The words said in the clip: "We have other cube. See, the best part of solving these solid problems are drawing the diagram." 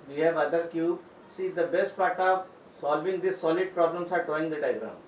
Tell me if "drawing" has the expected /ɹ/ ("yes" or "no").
no